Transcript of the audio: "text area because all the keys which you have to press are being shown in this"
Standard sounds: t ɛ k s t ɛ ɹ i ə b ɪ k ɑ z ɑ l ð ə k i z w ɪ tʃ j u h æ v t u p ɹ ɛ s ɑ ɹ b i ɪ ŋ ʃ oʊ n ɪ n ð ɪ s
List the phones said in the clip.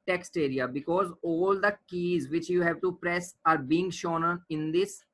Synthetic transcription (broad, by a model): t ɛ k s t ɛ ɹ i ə b ɪ k ɑ z ɑ l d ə k i z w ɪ tʃ j u h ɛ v t u p ɹ ɛ s ɑ ɹ b i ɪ ŋ ʃ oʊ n ɪ n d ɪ s